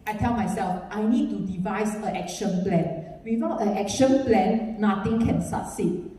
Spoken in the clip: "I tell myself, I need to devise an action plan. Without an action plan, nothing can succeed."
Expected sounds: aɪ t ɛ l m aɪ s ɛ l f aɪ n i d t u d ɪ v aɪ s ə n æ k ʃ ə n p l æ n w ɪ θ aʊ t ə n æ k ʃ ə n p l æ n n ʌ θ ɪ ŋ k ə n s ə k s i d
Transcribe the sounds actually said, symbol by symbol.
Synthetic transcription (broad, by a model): aɪ t ɛ l m aɪ s ɛ l f aɪ n i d t u d ɪ v aɪ s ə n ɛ k ʃ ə n p l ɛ n w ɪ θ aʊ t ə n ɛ k ʃ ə n p l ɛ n n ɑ t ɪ ŋ k ə n s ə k s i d